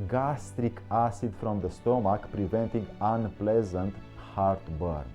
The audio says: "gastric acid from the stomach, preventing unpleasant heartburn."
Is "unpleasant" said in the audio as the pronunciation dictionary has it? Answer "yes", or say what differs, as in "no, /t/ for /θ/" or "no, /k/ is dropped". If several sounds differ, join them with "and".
yes